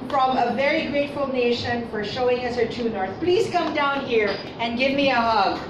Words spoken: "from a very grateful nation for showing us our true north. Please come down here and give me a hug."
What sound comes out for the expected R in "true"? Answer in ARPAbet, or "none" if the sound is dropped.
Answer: none